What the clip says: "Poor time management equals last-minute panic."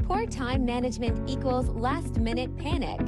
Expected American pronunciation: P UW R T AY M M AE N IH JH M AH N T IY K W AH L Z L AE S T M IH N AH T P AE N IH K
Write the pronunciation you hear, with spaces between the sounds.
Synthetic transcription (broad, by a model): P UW R T AY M M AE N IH JH M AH N T IY K W AH L Z L AE S T M IH N AH T P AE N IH K